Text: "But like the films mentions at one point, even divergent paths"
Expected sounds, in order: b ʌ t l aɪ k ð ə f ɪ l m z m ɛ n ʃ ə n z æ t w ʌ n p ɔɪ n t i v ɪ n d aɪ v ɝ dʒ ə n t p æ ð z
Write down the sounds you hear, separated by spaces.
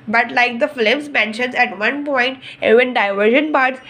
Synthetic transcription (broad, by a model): b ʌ t l aɪ k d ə f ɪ m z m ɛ n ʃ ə n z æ t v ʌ n p ɔɪ n t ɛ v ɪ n d aɪ v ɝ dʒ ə n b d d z